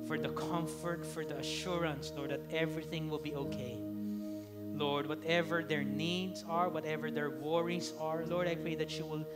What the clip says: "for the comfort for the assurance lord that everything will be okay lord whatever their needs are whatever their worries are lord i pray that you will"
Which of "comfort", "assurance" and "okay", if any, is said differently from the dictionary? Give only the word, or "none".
none